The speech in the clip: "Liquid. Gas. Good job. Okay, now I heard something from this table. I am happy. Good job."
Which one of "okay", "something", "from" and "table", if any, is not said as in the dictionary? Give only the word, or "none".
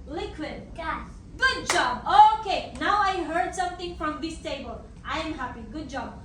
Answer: something